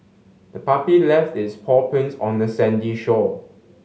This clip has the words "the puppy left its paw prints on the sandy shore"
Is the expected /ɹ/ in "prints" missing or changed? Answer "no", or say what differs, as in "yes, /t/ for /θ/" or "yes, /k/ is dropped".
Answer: yes, /ɹ/ is dropped